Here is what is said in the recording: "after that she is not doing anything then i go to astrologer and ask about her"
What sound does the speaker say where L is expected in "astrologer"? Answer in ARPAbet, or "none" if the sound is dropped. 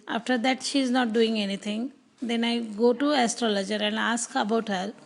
L